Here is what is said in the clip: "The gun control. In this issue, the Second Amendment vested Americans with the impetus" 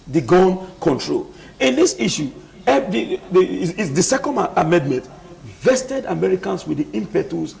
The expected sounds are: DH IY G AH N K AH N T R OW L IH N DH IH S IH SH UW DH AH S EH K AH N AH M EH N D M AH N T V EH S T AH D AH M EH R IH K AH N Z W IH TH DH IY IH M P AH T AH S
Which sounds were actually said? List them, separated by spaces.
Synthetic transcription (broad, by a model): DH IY G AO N K AH N T R OW L IH N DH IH S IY SH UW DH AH S EH K AH N AH M EH N D M AH N T V EH S T AH D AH M EH R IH K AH N S W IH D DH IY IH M P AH T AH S